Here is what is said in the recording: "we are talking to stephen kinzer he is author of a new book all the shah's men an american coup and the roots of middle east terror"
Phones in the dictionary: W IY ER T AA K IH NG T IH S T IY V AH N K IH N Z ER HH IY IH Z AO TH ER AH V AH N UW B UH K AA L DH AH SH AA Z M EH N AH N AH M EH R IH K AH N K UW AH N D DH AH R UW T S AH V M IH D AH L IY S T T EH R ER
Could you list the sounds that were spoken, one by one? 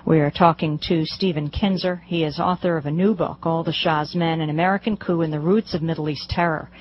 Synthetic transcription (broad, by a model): W IY ER T AA K IH NG T IH S T IY V AH N K IH N Z ER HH IY IH Z AO TH ER AH V AH N UW B UH K AA L DH AH SH AA Z M EH N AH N AH M EH R IH K AH N K UW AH N DH AH R UW T S AH V M IH D L IY S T T EH R ER